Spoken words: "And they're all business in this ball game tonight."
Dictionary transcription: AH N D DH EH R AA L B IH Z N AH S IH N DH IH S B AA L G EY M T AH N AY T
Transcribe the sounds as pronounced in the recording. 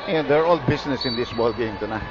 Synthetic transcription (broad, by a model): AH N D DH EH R AA L B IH S N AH S IH N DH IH S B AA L G EY M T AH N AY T